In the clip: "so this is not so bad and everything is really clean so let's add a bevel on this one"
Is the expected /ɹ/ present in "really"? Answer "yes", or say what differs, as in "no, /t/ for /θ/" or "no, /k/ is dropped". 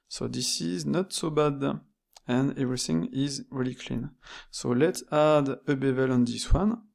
yes